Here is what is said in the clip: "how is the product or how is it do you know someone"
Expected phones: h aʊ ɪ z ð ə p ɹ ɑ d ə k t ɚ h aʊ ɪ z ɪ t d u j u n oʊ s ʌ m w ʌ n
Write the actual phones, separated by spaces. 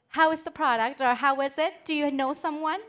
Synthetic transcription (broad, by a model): h aʊ ɪ z ð ə p ɹ ɑ d ə k t ɚ h aʊ ɪ z ɪ t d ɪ j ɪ n oʊ s ʌ m w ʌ n